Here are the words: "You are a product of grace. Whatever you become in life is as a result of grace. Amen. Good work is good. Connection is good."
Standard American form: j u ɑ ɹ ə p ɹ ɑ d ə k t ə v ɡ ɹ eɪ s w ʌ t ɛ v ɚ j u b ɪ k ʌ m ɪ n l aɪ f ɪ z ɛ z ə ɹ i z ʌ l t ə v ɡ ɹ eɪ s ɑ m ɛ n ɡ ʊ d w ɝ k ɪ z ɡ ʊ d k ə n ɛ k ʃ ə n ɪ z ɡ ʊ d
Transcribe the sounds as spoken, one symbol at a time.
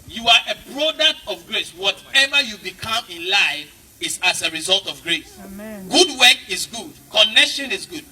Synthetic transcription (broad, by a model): j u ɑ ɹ ə b ɹ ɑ d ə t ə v ɡ ɹ eɪ s w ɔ t ɛ v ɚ j u b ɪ k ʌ m ɪ n l aɪ f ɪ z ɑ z ə ɹ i z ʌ l t ə v ɡ ɹ eɪ s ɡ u d w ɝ k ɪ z ɡ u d k ə n ɛ k ʃ ə n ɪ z ɡ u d